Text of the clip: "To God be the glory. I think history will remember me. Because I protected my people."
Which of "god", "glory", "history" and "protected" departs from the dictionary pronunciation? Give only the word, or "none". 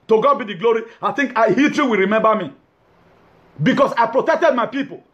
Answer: history